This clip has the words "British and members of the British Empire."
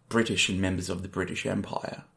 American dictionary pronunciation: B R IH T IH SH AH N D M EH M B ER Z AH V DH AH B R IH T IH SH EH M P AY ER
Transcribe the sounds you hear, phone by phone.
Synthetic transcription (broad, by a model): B R IH T IH SH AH N M EH M B ER Z AH V DH AH B R IH T IH SH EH M P AY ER